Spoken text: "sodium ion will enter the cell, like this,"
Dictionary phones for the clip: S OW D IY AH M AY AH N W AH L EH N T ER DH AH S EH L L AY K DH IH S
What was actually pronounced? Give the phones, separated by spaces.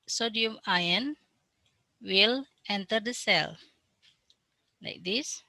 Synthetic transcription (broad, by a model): S OW D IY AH M AY AH N W AH L EH N T ER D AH S EH L L AY K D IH S